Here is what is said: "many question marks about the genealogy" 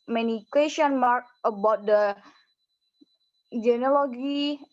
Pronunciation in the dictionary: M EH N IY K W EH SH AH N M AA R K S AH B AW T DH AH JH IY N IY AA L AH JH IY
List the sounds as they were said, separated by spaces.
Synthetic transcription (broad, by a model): M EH N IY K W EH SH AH N M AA R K AH B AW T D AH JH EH N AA L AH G IY